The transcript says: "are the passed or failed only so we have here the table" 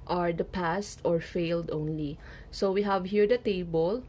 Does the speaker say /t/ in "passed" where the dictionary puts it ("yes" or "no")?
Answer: yes